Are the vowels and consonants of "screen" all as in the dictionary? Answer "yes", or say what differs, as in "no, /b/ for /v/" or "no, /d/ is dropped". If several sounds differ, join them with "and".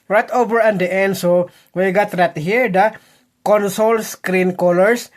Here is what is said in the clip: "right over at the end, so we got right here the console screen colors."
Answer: yes